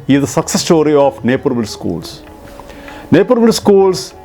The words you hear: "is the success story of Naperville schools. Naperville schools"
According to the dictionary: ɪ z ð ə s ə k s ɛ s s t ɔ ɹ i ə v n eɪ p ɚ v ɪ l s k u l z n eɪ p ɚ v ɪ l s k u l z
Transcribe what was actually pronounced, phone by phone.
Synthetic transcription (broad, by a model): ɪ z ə s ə k s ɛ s s t ɔ ɹ i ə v n eɪ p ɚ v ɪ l s k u l s n eɪ p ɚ v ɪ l s k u l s